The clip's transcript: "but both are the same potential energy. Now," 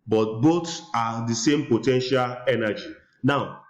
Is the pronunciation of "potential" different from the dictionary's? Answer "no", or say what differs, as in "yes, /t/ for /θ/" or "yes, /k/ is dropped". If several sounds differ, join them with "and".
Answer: no